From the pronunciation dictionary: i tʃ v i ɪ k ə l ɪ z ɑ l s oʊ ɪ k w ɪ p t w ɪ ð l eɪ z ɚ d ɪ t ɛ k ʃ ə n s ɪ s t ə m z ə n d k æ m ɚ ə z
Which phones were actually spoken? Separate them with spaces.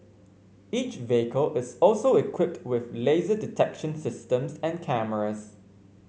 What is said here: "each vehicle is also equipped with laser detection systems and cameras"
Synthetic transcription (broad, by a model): i tʃ v i ɪ k ə l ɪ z ɑ l s oʊ ɪ k w ɪ p t w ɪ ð l eɪ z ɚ d ɪ t ɛ k ʃ ə n s ɪ s t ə m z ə n k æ m ɚ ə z